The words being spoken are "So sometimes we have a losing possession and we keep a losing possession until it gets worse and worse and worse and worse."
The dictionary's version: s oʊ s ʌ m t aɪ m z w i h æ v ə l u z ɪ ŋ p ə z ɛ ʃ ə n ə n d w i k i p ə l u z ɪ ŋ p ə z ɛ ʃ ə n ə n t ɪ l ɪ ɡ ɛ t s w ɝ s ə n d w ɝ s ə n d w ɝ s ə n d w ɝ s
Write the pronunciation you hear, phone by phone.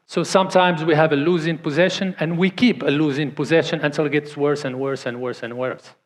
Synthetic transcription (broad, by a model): s oʊ s ʌ m t aɪ m z w i h æ v ə l u z ɪ ŋ p ə z ɛ ʃ ə n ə n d w i k i p ə l u z ɪ ŋ p ə z ɛ ʃ ə n ə n t ɪ l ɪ ɡ ɛ t s w ɝ s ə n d w ɝ s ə n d w ɝ s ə n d w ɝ s